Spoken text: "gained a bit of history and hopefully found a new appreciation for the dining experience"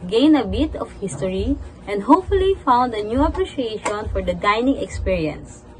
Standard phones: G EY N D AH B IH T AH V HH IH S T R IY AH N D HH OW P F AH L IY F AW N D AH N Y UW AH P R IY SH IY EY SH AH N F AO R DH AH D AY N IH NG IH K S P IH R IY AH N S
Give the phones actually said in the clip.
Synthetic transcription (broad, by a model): G EY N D AH B IH T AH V HH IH S T R IY AH N D HH OW P F AH L IY F AW N D AH N Y UW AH P R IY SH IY EY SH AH N F AO R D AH D AY N IH NG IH K S P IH R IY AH N S